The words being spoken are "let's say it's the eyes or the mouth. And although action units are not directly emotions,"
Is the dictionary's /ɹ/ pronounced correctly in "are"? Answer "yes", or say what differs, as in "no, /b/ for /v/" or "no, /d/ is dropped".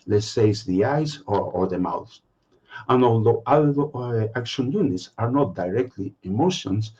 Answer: yes